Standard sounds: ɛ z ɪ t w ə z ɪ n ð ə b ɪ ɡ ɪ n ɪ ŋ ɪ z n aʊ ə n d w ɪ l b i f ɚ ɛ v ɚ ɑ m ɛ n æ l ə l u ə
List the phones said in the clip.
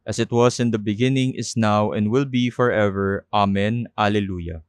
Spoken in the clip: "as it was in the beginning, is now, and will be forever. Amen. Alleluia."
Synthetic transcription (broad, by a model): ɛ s ɪ t w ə s ɪ n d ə b ɪ ɡ ɪ n ɪ ŋ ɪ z n aʊ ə n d w ɪ l b i f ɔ ɛ v ɚ ɑ m ɛ n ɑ l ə l u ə